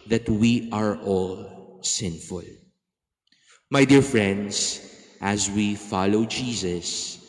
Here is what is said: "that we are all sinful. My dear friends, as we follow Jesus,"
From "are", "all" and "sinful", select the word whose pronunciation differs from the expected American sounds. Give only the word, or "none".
none